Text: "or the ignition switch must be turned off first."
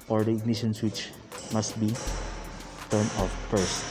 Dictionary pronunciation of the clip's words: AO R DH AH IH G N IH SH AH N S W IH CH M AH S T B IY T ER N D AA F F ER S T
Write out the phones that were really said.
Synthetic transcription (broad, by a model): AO R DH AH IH G N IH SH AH N S W IH CH M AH S T B IY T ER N AA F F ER S T